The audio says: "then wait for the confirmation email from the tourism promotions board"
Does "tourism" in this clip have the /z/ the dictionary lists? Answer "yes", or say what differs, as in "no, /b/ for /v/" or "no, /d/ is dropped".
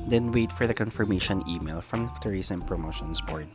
no, /s/ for /z/